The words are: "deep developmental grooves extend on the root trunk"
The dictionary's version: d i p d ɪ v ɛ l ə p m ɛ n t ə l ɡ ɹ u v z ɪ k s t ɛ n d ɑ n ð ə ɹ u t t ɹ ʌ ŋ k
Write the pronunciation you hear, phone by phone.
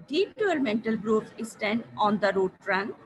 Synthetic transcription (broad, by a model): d i p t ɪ ʌ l m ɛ n t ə l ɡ ɹ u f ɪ s t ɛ n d ɑ n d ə ɹ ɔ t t ɹ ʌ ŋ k